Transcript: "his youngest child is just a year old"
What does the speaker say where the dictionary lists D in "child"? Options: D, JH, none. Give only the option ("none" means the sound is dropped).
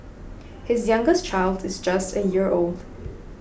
D